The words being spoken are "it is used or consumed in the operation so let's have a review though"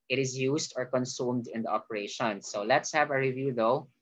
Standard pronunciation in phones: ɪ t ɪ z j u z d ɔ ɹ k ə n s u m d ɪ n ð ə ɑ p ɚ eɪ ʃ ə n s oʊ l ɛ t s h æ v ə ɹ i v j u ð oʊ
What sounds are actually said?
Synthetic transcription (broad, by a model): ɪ t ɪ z j u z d ɔ ɹ k ə n s u m d ɪ n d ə ɑ p ɚ eɪ ʃ ə n s oʊ l ɛ t s h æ v ə ɹ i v j u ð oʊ